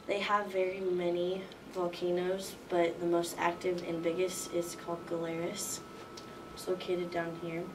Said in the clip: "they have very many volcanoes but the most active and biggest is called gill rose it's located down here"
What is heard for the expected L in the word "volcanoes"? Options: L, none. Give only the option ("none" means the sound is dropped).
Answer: L